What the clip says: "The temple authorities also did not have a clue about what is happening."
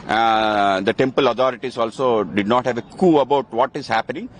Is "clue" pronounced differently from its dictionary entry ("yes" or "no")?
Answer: yes